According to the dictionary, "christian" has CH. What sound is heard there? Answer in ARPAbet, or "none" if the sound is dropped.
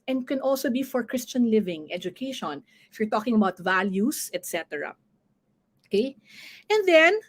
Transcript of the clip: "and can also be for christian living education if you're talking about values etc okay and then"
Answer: CH